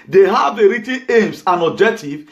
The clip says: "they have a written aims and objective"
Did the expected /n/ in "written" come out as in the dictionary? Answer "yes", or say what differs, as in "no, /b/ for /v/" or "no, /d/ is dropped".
no, /n/ is dropped